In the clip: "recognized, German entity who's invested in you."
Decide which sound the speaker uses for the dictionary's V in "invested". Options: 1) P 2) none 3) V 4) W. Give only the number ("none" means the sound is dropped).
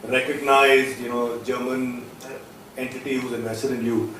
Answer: 2